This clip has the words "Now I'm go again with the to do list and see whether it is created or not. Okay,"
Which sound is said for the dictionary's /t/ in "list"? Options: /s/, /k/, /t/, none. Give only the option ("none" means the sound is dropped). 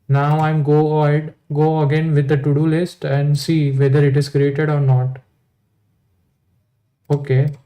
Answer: /t/